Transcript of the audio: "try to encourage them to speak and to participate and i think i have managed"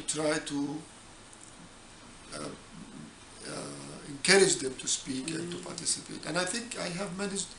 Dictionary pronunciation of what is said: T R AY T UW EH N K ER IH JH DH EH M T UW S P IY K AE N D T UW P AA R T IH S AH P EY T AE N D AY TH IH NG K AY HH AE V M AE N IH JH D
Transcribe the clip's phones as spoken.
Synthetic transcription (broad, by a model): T R AY T UW EH N K ER IH JH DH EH M T UW S P IY K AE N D T UW P AA R T IH S AH P EY T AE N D AY TH IH NG K AY HH AE V M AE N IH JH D